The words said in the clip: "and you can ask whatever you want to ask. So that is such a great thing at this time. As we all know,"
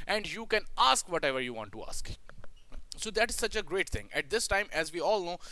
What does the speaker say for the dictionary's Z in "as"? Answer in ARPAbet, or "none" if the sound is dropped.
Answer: Z